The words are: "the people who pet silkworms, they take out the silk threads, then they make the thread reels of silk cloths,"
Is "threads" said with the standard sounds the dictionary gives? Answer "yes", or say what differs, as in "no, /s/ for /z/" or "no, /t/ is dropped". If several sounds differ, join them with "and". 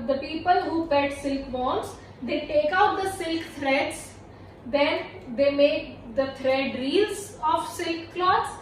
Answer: no, /t/ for /θ/